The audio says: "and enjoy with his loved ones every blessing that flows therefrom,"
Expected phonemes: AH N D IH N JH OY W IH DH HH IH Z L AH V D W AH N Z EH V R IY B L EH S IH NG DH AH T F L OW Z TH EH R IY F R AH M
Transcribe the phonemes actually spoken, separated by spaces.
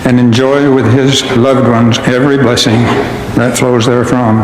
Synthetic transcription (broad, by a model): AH N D IH N JH OY W IH DH IH Z L AH V D W AH N Z EH V R IY B L EH S IH NG DH AH T F L OW Z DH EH R F R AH M